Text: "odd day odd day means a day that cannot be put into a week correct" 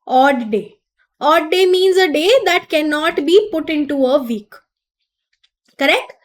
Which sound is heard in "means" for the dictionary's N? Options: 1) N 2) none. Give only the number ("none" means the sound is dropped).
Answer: 1